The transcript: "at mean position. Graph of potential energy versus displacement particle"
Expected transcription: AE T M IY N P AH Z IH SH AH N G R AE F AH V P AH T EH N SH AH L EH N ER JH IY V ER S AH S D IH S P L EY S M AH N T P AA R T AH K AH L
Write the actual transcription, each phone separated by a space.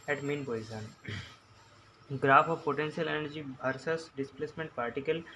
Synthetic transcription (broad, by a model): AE T M IY N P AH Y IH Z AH N G R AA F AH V P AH T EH N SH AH L EH N ER JH IY B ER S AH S D IH S P L EY S M AH N T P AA R T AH K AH L